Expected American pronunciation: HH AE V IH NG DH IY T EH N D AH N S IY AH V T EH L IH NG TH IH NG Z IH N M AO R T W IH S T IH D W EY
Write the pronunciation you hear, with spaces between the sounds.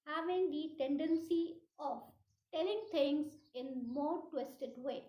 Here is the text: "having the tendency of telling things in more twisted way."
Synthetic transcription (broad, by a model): HH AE V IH NG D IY T EH N D AH N S IY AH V T EH L IH NG T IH NG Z IH N M AO R T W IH S T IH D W EY